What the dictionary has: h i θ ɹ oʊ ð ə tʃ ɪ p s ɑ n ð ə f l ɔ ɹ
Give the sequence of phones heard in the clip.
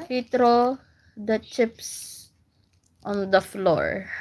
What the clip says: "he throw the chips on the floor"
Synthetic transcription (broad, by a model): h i t ɹ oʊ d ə tʃ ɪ p s ɑ n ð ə f l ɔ ɹ